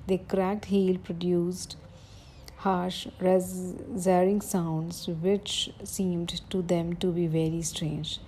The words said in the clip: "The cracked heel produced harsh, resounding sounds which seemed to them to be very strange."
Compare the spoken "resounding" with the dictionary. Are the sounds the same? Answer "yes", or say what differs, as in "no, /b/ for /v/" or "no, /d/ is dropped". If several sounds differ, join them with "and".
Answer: no, /n/ is dropped